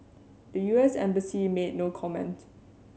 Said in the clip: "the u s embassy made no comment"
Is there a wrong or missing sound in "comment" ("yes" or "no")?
no